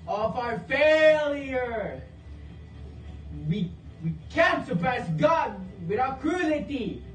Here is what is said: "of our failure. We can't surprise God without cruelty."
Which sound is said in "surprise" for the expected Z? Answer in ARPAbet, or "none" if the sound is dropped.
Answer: S